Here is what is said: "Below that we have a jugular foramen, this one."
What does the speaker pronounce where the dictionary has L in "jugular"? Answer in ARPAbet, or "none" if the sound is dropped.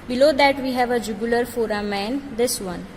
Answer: L